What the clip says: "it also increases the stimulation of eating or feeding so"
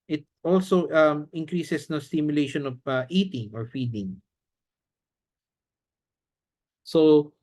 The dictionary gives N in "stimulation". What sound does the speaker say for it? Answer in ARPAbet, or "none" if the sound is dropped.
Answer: N